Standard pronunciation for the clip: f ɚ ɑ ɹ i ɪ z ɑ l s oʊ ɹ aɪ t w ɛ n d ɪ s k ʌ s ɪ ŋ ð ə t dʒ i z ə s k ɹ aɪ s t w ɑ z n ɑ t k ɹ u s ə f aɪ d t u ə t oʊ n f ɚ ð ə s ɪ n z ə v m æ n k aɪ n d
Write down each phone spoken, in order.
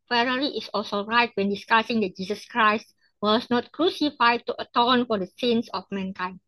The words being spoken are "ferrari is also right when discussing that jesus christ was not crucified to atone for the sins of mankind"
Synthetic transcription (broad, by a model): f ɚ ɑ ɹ i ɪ s ɑ l s oʊ ɹ aɪ t w ɛ n d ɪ s k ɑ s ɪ ŋ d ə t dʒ i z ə s k ɹ aɪ s t w ɑ s n ɑ t k ɹ u s ə f aɪ d t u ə t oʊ n f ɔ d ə s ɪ n s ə f m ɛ n k aɪ n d